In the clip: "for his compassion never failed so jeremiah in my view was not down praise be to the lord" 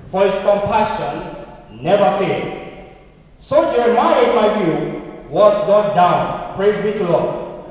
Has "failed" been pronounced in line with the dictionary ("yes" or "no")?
no